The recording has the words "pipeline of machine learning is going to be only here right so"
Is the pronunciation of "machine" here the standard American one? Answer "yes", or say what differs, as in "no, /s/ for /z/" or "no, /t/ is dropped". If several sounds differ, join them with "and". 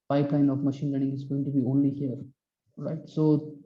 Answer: yes